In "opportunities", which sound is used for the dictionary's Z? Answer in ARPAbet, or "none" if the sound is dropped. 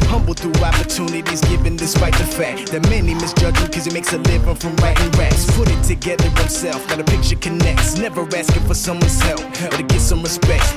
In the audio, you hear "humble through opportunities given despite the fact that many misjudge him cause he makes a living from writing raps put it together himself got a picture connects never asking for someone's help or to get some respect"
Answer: Z